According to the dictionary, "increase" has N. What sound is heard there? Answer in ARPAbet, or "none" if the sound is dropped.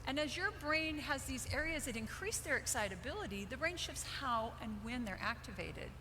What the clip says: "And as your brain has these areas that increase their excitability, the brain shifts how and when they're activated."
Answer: N